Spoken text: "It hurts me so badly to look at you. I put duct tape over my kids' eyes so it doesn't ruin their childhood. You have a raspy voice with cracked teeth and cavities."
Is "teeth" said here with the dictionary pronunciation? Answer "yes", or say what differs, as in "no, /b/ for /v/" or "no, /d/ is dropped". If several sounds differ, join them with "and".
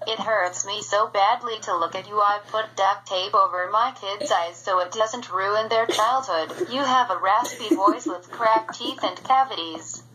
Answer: yes